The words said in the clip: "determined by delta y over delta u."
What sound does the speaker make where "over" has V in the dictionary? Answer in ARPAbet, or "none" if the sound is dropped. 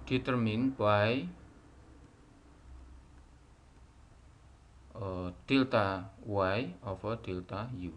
F